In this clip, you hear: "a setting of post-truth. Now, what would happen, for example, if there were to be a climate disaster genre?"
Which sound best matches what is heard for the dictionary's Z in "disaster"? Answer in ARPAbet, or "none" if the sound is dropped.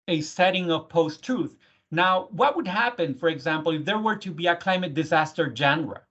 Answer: Z